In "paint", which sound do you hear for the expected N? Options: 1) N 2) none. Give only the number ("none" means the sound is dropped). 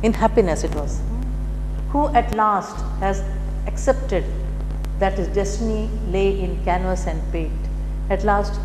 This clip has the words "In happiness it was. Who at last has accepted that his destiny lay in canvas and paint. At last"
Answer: 2